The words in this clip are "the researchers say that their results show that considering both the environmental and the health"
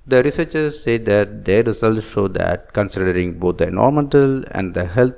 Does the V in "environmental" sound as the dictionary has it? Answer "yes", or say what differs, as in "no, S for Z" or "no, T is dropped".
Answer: no, V is dropped